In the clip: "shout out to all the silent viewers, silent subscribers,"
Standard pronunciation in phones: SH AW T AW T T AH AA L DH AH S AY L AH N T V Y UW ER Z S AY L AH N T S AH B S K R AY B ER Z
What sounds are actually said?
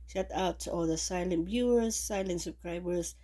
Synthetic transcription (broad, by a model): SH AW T AW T T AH AA L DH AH S AY L AH N T B Y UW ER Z S AY L AH N T S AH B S K R AY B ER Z